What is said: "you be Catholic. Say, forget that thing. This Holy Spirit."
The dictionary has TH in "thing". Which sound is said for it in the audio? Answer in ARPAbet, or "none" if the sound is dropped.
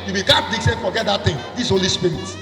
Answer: T